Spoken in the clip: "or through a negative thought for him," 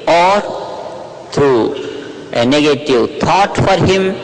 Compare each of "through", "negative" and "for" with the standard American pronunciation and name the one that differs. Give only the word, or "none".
through